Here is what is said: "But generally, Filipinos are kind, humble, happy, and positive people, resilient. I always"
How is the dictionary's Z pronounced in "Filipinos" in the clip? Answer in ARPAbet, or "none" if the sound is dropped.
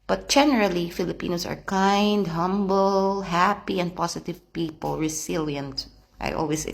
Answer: S